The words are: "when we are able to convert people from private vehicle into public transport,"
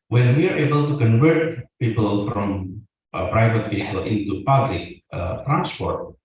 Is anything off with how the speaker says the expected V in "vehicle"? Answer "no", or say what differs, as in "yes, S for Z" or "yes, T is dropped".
yes, P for V